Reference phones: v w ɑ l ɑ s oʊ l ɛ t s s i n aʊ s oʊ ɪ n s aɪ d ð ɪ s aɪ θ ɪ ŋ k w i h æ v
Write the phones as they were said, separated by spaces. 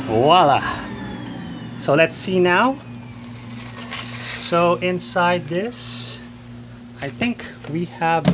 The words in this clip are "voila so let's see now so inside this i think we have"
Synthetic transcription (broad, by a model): w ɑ l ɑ s oʊ l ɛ t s s i n aʊ s oʊ ɪ n s aɪ d ð ɪ s aɪ θ ɪ ŋ k w i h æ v